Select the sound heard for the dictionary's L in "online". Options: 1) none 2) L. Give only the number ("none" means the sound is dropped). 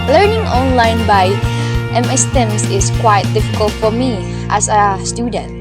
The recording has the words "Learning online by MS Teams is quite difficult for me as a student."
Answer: 2